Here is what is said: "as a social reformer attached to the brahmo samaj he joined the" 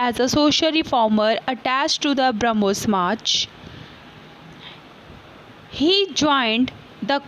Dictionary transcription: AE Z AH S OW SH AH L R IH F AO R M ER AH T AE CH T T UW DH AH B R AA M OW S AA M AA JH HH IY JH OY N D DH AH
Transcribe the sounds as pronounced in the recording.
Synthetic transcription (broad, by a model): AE Z AH S OW SH AH L R IH F AO R M ER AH T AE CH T T UW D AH B R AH M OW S M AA CH HH IY JH OY N D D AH